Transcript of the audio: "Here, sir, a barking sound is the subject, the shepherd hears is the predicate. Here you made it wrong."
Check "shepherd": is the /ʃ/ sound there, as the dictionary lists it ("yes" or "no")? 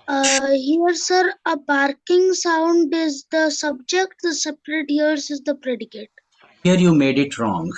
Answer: no